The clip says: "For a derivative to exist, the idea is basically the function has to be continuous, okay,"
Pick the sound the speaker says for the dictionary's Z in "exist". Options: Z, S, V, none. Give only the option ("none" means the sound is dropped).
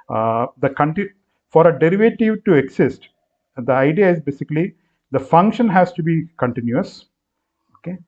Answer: S